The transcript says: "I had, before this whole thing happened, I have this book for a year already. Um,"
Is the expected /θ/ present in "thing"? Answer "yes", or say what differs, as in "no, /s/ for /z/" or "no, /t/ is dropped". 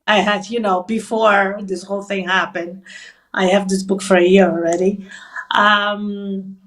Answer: yes